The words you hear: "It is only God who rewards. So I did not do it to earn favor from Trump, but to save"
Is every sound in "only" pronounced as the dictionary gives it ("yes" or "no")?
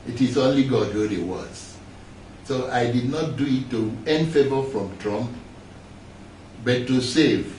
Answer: yes